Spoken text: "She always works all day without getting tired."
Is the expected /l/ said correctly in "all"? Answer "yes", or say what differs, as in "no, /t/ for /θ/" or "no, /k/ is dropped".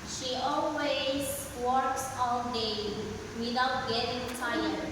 no, /n/ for /l/